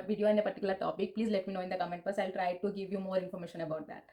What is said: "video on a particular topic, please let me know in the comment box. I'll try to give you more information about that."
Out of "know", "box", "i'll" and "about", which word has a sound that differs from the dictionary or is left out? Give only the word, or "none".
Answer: box